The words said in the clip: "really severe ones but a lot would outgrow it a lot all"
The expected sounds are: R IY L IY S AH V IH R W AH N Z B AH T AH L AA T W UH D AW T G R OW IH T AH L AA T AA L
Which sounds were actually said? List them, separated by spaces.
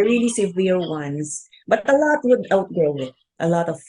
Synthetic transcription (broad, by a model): R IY L IY S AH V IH R W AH N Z B AH T AH L AA T W UH D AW T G OW IH T AH L AA T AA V